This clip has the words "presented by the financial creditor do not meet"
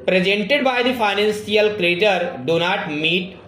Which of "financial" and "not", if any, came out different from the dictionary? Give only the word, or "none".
financial